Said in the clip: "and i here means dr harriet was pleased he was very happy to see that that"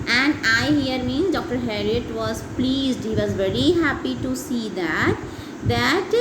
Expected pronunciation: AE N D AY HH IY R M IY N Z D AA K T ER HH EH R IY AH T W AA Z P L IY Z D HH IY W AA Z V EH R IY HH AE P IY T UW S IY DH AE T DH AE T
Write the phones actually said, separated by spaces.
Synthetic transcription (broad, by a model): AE N D AY HH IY R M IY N D AA K T ER HH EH R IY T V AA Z P L IY Z D HH IY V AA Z V EH R IY HH AE P IY T UW S IY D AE T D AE T